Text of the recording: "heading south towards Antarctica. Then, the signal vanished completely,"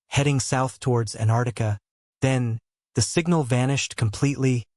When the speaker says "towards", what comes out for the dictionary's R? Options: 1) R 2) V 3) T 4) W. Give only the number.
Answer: 1